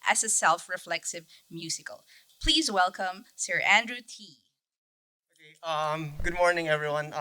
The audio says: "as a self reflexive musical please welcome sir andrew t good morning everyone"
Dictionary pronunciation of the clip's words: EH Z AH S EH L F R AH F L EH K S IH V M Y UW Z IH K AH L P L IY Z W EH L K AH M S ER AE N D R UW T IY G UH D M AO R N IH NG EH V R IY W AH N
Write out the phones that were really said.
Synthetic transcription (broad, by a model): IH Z AH S EH L F R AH F L EH K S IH V M Y UW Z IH K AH L P L IY Z W EH L K AH M S ER AE N D R UW T IY G UH D M AO R N IH NG EH V R IY W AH N